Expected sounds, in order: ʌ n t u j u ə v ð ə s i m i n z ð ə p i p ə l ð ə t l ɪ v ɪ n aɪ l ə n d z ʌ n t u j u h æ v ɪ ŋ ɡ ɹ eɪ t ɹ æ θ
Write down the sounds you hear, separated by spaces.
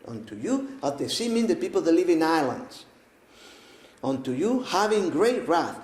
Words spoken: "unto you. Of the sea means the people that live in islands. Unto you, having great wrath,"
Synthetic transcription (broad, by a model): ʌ n t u j u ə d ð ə s i m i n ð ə p i p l ð ə t l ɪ v ɪ n aɪ l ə n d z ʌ n t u j u h æ v ɪ ŋ ɡ ɹ eɪ t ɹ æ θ